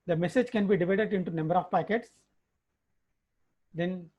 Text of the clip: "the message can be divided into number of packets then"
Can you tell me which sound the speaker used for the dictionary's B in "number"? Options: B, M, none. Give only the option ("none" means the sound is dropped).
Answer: B